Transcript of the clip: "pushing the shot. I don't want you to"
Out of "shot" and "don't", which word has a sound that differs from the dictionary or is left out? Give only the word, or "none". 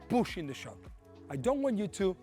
shot